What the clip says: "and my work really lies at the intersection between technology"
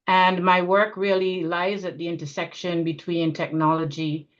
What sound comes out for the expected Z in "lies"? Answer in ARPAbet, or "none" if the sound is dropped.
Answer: Z